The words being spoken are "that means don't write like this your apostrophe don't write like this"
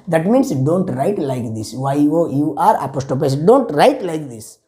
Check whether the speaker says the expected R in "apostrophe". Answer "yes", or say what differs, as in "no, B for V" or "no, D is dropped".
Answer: no, R is dropped